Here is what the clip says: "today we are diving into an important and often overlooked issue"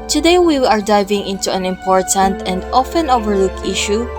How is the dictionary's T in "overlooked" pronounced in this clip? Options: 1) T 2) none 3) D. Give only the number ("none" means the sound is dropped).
2